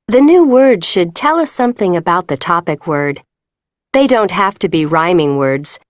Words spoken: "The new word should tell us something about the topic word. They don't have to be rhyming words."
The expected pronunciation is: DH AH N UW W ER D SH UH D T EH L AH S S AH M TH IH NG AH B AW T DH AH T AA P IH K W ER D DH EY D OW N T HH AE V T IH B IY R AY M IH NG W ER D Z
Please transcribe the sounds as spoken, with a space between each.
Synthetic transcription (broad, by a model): DH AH N UW W ER D SH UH D T EH L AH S S AH M TH IH NG AH B AW T DH AH T AA P IH K W ER D DH EY D OW N T HH AE F T IH B IY R AY M IH NG W ER D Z